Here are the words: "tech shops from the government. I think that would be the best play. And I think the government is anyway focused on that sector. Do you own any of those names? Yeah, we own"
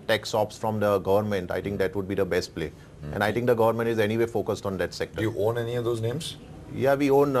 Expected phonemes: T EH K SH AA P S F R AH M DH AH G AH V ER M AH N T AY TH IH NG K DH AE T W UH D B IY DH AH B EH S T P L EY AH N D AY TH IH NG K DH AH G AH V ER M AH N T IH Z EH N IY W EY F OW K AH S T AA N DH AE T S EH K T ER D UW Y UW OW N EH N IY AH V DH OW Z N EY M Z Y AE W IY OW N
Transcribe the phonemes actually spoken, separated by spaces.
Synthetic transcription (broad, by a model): T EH K S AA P S F R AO M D AH G AH V ER M AH N T AY T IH NG K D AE T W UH D B IY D AH B EH S T P L EY AH N D AY T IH NG K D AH G AH V ER M AH N T IH Z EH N IY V EY F OW K AH S T AA N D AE T S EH K T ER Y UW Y OW N EH N IY AH V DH OW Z N EY M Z Y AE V IY OW N